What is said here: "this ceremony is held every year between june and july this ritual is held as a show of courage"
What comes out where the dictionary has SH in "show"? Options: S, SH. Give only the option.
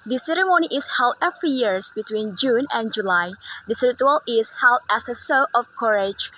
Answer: S